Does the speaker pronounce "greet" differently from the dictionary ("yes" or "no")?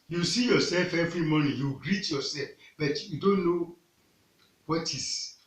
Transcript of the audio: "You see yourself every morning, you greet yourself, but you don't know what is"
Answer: no